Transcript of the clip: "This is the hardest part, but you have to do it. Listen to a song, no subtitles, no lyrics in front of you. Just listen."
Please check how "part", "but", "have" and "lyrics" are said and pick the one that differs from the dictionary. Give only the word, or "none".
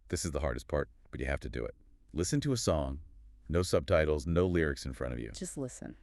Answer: have